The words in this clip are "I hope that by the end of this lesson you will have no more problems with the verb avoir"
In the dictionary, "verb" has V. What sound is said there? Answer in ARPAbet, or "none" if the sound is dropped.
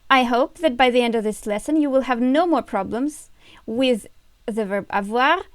V